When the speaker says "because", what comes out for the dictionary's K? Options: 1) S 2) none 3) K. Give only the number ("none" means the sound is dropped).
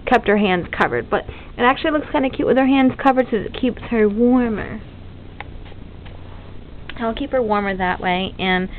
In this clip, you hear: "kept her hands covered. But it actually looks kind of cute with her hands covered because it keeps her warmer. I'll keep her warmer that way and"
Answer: 2